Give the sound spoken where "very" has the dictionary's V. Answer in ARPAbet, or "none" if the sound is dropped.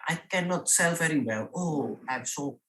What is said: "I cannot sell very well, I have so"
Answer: V